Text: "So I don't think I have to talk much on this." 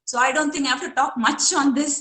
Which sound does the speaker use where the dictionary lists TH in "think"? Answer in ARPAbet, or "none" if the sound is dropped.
T